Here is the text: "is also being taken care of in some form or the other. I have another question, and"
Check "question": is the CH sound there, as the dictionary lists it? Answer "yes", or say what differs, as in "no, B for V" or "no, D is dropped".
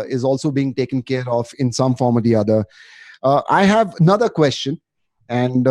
yes